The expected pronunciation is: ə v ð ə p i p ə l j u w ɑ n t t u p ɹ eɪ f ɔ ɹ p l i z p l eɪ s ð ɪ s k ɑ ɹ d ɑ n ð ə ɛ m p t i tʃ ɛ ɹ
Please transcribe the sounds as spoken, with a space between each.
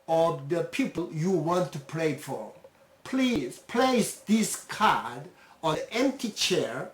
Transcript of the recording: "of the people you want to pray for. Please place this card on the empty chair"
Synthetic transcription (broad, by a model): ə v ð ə p i p ə l j u w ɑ n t t u p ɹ eɪ f ɔ ɹ p l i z p l eɪ s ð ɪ s k ɑ ɹ d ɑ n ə ɛ m p t i tʃ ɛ ɹ